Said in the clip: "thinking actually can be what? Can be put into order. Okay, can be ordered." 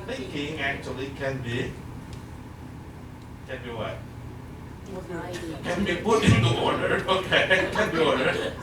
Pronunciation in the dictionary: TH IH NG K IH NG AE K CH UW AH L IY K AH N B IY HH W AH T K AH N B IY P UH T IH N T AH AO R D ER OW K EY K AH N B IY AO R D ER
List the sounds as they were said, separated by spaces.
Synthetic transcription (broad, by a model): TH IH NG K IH NG AE K CH UW AH L IY K AH N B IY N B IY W K AH N B IY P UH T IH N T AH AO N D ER OW K EY K AH N B IY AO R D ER